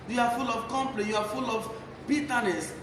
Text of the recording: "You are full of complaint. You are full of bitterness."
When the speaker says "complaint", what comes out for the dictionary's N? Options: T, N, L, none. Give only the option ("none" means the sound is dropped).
none